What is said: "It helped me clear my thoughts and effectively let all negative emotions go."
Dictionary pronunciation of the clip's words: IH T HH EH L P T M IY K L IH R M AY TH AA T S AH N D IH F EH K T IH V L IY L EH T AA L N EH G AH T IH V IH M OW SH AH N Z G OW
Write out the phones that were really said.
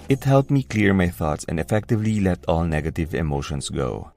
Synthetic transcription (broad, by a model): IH T HH EH L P M IY K L IH R M AY TH AA T S AH N D IH F EH K T IH V L IY L EH T AA L N EH G AH T IH V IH M OW SH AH N S G OW